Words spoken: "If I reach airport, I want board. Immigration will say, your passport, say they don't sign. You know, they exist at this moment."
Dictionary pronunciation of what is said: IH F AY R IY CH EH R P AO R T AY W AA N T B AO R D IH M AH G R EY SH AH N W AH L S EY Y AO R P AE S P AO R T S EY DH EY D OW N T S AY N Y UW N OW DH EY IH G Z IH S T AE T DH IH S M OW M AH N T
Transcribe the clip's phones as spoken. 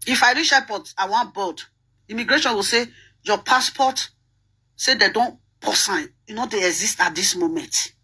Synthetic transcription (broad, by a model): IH F AY R IY SH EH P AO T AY W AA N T B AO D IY M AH G R EY SH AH N W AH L S EY Y AO P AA S P AO T S EY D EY D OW N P S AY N Y UW N OW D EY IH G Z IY S T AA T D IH S M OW M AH N T